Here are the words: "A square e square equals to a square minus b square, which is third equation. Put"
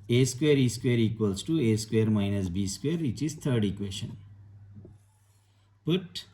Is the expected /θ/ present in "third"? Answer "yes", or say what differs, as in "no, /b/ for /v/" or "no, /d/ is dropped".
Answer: no, /t/ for /θ/